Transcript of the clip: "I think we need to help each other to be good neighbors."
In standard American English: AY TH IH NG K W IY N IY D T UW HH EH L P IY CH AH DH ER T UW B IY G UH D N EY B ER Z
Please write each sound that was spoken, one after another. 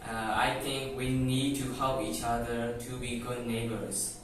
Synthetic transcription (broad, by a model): AY T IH NG K W IY N IY D T UW HH EH L P IY CH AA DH ER T UW B IY G UH D N EY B ER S